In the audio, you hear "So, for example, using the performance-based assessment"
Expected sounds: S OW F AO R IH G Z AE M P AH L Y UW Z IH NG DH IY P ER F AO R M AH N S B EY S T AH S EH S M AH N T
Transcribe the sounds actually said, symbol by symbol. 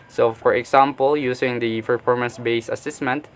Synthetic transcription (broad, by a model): S OW F AO R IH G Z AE M P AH L Y UW S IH NG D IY P ER F AO R M AH N S B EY S AH S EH S M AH N T